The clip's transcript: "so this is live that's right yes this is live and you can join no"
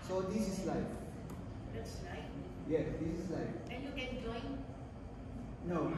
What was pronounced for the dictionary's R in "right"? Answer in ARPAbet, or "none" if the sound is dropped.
L